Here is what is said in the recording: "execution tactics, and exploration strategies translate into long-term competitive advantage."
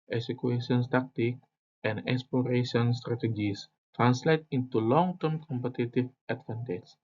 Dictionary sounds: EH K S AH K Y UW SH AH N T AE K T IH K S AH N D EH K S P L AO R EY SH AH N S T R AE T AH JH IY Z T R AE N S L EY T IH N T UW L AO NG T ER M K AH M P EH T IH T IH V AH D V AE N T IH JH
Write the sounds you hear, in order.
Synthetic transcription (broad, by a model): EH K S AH K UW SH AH N T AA K T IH K AH N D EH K S P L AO R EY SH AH N S T R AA T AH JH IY S T R AE N S L EY T IH N T UW L AO NG T ER M K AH M P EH T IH T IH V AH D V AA N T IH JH